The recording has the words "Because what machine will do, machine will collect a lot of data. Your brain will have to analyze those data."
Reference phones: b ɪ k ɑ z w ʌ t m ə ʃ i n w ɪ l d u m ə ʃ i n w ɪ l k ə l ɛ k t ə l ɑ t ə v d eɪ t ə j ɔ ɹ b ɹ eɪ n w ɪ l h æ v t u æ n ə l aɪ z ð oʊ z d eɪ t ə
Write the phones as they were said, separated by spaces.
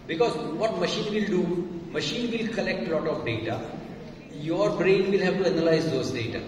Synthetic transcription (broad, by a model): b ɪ k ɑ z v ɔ t m ə ʃ i n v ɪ l d u m ə ʃ i n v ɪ l k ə l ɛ k t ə l ɑ t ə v d eɪ t ə j ɔ ɹ b ɹ eɪ n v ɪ l h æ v t u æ n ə l aɪ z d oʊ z d eɪ t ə